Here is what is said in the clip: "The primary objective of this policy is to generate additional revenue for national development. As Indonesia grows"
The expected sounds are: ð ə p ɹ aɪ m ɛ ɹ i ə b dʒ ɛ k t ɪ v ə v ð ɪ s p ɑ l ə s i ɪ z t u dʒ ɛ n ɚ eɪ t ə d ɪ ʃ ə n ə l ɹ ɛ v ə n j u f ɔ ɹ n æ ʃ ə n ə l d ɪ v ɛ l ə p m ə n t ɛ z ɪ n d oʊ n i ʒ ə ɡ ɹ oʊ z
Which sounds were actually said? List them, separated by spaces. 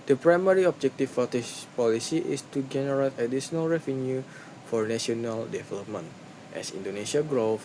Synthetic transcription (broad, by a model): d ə p ɹ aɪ m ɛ ɹ i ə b dʒ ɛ k t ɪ p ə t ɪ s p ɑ l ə s i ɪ s t u dʒ ɛ n ɚ eɪ t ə d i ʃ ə n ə l ɹ ɛ v ə n j u f ɔ ɹ n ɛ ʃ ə n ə l d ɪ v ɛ l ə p m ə n t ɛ s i n d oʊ n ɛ ʃ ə ɡ ɹ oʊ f